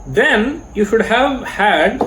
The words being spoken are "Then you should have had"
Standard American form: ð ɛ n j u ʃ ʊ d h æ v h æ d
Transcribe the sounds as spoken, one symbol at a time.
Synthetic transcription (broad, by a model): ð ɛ n j u ʃ ʊ d h æ v h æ d